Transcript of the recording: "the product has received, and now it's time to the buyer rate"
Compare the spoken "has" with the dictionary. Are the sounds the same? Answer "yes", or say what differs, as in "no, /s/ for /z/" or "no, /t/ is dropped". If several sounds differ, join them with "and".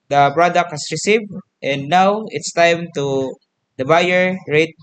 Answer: no, /s/ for /z/